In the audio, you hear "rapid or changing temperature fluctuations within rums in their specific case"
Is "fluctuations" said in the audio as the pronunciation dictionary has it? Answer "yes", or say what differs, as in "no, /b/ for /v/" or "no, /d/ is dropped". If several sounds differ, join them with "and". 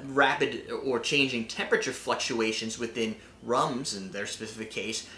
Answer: yes